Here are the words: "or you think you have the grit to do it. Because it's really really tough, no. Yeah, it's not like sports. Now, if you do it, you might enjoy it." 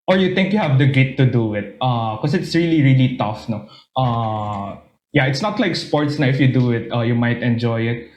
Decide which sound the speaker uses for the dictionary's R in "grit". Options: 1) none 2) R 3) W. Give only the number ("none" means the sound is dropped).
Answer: 1